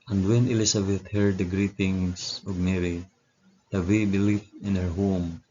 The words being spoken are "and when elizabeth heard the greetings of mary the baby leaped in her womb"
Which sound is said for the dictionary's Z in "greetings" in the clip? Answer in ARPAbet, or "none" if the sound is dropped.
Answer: S